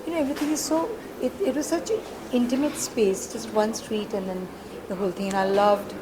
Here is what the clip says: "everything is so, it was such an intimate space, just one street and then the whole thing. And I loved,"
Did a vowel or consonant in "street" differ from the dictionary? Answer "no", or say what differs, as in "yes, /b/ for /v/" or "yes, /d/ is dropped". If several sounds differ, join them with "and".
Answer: no